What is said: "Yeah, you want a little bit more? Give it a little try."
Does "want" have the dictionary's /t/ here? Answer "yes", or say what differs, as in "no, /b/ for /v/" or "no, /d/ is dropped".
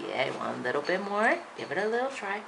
no, /t/ is dropped